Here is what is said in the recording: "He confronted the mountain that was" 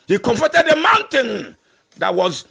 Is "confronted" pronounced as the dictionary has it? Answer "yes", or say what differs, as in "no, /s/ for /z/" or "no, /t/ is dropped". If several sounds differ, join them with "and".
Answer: no, /ɹ/ is dropped and /n/ is dropped